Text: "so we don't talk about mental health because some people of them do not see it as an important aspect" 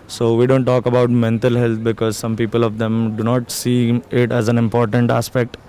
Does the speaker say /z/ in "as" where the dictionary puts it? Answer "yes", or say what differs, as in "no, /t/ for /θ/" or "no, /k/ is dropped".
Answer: yes